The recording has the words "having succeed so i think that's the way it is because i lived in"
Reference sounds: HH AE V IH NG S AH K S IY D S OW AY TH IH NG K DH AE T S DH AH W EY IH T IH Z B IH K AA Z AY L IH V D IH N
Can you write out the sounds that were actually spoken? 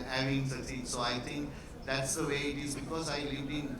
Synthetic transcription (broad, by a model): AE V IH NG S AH S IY S OW AY T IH NG K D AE T S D AH W EY IH T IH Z B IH K AA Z AY L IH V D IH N